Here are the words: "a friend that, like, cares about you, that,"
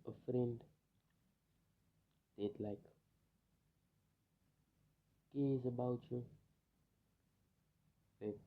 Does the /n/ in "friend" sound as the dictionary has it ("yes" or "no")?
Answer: yes